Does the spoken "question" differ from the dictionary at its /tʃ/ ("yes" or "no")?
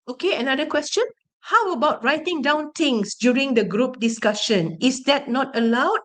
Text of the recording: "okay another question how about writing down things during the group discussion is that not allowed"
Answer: no